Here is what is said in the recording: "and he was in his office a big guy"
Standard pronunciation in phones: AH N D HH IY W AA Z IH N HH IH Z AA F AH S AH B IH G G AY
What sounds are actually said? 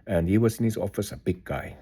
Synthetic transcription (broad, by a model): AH N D HH IY W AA S IH N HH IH S AA F AH S AH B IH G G AY